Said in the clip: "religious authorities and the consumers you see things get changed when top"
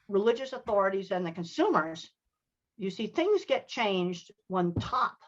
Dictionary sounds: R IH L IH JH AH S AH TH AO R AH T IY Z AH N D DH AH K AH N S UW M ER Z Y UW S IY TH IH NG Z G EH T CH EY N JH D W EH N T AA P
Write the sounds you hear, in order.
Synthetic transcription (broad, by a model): R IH L IH JH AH S AH TH AO R AH T IY Z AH N DH AH K AH N S UW M ER Z Y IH S IY TH IH NG Z G EH T CH EY N JH D W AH N T AA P